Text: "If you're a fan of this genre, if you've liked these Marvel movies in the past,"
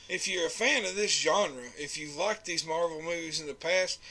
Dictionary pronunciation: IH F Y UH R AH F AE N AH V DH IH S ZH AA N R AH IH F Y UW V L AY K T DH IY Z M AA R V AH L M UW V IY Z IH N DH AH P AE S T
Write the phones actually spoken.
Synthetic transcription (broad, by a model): IH F Y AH R AH F AE N AH V DH IH S ZH AA N R AH IH F Y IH L AY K DH IY Z M AA R V L M UW V IY Z IH N DH AH P AE S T